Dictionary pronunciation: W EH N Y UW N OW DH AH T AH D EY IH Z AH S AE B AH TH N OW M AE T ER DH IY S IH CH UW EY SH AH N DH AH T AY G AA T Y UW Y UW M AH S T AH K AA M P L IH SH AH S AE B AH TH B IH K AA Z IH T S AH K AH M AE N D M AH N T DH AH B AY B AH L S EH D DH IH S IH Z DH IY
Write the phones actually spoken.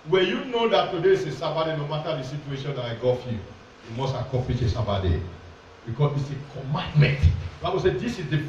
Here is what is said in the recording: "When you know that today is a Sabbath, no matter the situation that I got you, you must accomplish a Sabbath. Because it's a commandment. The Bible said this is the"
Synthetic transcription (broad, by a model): W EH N Y UW N OW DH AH T AH D EY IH S AH S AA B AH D N OW M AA T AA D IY S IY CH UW EY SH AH N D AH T AY G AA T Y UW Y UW M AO S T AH K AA P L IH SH AH S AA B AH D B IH K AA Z IH T S AH K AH M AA N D M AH N T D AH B AY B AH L S EH D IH S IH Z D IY